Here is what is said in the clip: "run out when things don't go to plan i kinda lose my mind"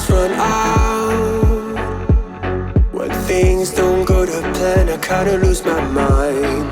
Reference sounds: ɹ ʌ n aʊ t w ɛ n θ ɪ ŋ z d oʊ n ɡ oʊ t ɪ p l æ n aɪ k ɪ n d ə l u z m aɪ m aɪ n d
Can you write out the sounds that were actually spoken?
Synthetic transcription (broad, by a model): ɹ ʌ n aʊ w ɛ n θ ɪ ŋ z d oʊ n ɡ oʊ t ɪ p æ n aɪ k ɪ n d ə l u z m aɪ m aɪ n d